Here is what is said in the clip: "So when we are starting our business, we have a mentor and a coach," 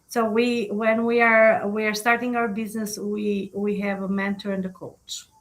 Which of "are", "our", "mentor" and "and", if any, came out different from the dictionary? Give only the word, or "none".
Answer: none